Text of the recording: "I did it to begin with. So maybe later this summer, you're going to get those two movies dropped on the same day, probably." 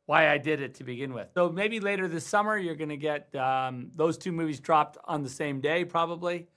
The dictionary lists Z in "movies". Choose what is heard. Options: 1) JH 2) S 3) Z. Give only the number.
3